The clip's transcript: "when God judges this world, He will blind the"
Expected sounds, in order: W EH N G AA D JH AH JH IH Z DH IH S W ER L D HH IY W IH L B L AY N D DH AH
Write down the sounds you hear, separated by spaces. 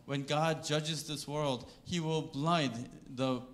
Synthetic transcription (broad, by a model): W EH N G AA D JH AH JH IH Z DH IH S W ER L D HH IY W IH L B L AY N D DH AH